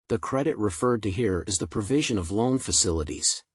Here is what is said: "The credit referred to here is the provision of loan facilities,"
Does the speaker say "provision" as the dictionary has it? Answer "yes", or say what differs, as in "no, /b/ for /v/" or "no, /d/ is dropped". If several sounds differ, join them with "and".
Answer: yes